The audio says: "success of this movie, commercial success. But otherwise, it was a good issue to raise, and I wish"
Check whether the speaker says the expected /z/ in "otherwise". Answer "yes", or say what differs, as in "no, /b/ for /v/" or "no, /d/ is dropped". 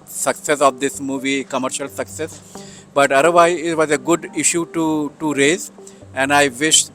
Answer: no, /z/ is dropped